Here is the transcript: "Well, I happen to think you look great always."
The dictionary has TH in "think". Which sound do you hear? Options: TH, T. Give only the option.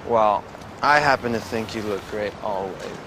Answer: TH